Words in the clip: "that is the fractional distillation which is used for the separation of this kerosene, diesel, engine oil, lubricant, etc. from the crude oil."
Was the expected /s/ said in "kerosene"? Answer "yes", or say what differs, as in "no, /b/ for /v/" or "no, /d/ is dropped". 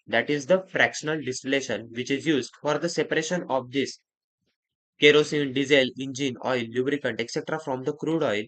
yes